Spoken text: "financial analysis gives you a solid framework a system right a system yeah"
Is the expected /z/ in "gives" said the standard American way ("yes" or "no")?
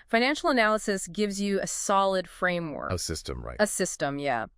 yes